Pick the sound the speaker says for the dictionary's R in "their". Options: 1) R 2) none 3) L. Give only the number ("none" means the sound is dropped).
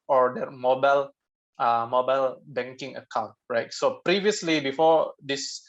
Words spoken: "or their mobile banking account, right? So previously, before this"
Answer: 3